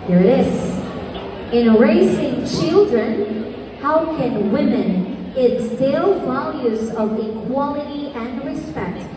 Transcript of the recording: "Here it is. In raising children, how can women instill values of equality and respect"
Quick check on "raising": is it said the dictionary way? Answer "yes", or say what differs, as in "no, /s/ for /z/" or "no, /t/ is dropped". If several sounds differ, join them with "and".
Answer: no, /s/ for /z/